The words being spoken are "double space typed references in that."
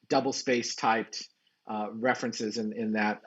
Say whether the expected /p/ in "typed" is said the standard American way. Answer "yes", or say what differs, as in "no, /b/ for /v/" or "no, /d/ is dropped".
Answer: yes